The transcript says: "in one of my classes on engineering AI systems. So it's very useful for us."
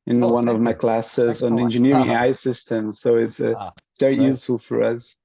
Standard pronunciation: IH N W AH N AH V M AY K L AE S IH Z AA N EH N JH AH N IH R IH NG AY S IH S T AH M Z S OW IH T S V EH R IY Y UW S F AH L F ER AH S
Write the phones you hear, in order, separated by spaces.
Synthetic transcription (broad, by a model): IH N W AH N AH V M AY K L AE S IH Z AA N EH N JH AH N IH R IH NG AY S IH S T AH M Z S OW IH T S V EH R IY Y UW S F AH L F ER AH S